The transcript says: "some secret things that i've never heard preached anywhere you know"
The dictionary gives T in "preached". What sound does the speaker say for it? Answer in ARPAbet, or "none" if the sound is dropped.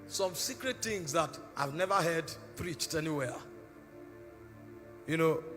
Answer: T